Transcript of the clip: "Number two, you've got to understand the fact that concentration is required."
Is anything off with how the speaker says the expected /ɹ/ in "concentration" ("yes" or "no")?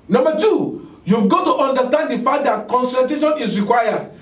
yes